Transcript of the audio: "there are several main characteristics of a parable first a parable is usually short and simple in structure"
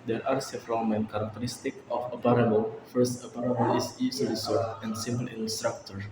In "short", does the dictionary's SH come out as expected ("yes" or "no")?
no